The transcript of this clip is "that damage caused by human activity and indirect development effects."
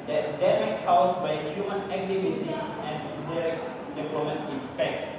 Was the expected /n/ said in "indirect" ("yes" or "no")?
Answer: no